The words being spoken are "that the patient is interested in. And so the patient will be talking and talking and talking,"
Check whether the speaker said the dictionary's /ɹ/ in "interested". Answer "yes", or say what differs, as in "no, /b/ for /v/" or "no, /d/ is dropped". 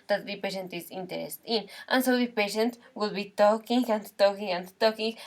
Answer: no, /ɹ/ is dropped